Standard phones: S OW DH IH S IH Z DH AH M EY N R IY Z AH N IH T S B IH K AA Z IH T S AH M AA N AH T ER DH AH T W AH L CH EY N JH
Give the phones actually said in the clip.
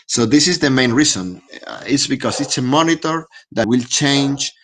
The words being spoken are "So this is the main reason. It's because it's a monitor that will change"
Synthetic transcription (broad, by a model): S OW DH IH S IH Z DH AH M EY N R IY S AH N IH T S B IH K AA S IH T S AH M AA N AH T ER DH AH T W AH L CH EY N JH